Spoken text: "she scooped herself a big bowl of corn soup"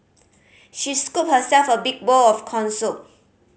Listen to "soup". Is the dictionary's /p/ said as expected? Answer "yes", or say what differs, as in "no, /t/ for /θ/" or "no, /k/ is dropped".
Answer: no, /p/ is dropped